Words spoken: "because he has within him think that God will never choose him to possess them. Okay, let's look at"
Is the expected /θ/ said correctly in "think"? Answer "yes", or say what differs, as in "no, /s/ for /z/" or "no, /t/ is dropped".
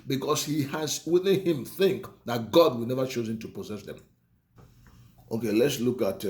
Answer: yes